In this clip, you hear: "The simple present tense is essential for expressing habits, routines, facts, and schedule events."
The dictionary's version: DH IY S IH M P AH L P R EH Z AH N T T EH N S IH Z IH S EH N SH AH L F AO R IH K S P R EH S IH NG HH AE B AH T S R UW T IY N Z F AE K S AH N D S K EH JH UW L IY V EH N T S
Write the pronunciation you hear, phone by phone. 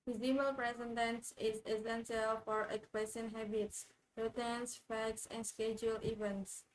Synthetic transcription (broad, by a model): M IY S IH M AH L P R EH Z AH N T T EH N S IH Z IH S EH N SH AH L F AO R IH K S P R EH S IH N HH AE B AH T S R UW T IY N S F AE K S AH N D S K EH JH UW L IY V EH N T S